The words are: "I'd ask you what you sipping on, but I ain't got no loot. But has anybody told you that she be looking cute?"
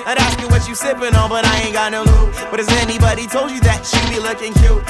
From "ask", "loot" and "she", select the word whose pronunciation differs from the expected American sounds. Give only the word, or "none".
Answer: loot